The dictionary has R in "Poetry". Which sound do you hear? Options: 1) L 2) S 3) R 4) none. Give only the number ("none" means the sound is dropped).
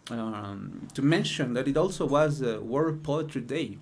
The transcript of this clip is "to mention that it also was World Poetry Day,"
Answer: 4